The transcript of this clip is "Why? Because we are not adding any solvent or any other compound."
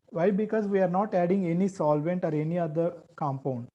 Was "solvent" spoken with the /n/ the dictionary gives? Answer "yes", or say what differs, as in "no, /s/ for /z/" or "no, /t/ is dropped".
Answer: yes